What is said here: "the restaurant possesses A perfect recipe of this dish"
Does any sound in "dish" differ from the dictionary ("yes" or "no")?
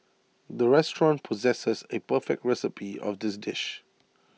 no